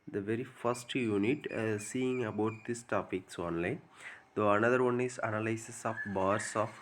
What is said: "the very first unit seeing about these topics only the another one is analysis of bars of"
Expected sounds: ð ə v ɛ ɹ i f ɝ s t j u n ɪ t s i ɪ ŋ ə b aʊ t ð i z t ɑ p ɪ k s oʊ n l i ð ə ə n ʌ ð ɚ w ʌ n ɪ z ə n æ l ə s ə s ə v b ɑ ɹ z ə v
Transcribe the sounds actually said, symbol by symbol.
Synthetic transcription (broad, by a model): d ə v ɛ ɹ i f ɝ s t j u n ɪ t s i ɪ ŋ ə b aʊ t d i s t ɑ p ɪ k s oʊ n l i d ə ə n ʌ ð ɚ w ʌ n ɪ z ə n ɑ l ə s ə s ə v b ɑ ɹ s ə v